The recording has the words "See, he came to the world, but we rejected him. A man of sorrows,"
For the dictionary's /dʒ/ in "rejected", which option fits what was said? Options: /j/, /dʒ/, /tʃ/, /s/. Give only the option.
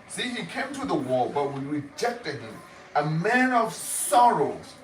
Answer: /dʒ/